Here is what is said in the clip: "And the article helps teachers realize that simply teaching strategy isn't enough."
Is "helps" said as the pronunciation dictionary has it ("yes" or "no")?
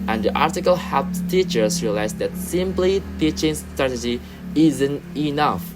no